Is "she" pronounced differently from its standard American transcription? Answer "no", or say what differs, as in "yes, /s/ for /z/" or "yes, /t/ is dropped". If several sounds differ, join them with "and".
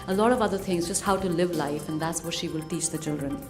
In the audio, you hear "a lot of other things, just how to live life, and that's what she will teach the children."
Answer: no